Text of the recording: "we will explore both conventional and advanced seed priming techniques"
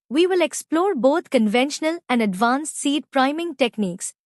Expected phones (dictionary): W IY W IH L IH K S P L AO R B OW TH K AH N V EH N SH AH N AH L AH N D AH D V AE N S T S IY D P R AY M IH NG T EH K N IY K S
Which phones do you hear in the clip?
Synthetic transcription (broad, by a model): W IY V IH L IH K S P L AO R B OW T K AH N V EH N SH AH N AH L AH N D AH D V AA N S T S IY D P R AY M IH NG T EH K N IY K S